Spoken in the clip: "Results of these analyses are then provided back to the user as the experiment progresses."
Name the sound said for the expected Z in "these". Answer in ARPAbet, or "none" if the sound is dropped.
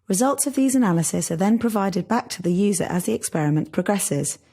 Z